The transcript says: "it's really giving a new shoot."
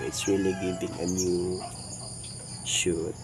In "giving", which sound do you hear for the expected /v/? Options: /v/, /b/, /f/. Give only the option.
/b/